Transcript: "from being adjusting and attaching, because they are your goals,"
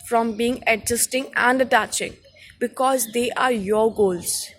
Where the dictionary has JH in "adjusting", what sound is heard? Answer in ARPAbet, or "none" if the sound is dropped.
Z